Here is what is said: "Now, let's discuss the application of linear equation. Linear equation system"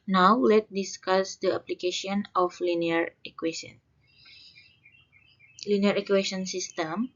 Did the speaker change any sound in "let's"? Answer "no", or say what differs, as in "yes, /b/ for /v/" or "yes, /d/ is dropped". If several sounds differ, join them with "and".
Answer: yes, /s/ is dropped